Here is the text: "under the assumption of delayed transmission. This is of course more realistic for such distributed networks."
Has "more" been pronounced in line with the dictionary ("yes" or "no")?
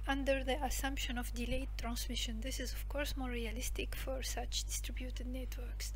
yes